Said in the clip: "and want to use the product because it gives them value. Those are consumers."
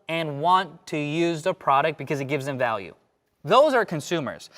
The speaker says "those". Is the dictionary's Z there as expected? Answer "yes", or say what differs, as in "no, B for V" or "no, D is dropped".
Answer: yes